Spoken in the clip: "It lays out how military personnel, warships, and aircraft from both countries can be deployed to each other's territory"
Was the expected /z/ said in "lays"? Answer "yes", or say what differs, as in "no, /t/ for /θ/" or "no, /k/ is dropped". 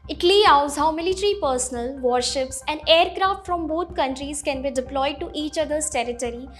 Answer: no, /z/ is dropped